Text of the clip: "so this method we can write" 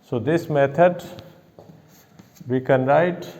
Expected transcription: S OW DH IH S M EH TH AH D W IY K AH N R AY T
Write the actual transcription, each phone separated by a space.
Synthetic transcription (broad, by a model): S OW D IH S M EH T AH D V IY K AH N R AY T